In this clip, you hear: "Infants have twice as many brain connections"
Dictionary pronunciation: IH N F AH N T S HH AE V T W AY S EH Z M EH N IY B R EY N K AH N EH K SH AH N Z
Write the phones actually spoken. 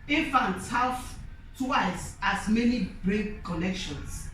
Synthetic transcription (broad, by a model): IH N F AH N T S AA W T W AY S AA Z M EH N IY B R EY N K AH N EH K SH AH N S